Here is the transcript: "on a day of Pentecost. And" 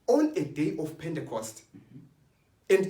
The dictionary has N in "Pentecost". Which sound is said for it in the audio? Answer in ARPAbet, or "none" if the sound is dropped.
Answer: N